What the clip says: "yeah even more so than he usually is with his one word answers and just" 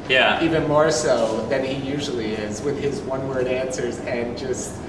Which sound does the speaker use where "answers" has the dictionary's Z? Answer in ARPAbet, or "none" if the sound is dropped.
Z